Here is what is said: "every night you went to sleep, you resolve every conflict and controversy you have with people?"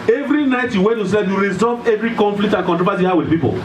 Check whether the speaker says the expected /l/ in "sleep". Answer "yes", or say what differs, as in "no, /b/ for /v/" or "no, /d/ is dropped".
no, /l/ is dropped